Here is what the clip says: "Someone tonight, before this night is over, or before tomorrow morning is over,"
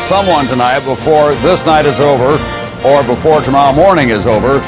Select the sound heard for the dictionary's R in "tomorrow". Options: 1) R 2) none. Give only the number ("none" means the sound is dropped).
2